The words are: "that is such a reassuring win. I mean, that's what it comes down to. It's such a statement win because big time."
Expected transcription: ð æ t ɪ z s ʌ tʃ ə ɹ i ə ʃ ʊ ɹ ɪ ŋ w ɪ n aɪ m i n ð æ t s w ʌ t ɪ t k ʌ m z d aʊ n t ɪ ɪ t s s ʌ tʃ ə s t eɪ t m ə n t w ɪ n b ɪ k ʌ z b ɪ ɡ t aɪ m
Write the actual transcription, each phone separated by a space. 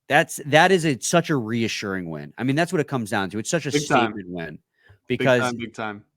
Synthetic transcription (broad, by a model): ð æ t ɪ z s ʌ tʃ ə ɹ i ə ʃ ʊ ɹ ɪ ŋ w ɪ n aɪ m i n ð æ t s w ʌ t ɪ t k ʌ m z d aʊ n t ɪ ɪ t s s ʌ tʃ ə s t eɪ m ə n w ɪ n b ɪ k ʌ z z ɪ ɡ t aɪ m